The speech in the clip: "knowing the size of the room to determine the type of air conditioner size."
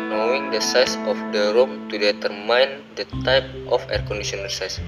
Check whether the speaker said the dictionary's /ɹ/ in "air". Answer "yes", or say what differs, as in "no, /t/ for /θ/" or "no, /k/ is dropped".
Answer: yes